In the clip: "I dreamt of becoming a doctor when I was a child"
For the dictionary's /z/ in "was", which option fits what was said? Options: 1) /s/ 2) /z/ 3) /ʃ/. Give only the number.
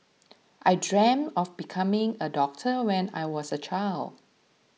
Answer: 1